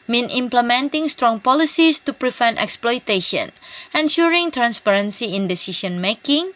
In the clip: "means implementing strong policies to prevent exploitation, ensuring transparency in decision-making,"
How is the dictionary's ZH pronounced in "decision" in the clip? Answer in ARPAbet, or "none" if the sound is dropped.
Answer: SH